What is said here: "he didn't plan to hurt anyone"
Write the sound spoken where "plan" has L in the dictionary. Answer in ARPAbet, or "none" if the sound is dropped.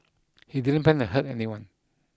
none